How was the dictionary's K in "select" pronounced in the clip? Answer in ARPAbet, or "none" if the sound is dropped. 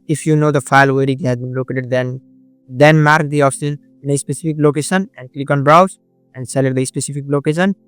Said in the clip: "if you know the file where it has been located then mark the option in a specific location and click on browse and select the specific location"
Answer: none